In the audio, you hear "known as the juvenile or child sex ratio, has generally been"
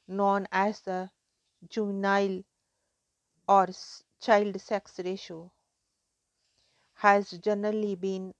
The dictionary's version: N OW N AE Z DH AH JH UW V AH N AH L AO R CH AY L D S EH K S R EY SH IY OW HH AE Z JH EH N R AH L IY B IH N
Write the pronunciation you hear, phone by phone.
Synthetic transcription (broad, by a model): N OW N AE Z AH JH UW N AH AH L AO R CH AY L D S EH K S R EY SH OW HH AE Z JH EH N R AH L IY B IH N